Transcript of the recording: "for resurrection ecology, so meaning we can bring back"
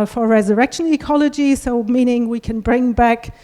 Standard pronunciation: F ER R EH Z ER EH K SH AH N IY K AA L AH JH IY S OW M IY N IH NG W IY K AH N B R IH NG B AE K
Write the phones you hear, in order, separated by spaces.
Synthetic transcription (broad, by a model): F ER R EH Z ER EH K SH AH N IY K AA L AH JH IY S OW M IY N IH NG W IY K AH N B R IH NG B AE K